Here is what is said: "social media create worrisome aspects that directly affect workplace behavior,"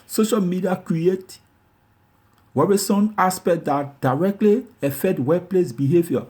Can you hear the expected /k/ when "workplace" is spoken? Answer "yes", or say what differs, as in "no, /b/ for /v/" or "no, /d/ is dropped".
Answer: no, /k/ is dropped